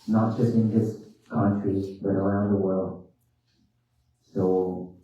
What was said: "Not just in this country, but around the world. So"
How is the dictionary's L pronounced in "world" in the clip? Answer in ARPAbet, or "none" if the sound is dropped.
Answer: L